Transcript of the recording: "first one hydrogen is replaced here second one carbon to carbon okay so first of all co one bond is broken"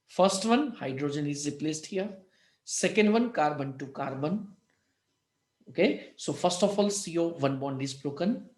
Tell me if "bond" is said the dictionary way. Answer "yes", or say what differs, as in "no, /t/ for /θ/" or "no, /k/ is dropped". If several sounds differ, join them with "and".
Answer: yes